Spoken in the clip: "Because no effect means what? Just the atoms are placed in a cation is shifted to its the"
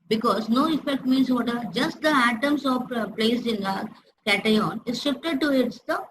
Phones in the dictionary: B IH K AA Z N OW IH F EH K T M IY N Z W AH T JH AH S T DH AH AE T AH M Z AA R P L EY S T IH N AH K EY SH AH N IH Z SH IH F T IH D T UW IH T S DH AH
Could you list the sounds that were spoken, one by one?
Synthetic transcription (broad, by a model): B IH K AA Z N OW IH F EH K T M IY N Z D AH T JH AH S T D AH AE T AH M S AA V P L EY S IH N AH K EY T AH N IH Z SH IH F T IH D T UW IH T S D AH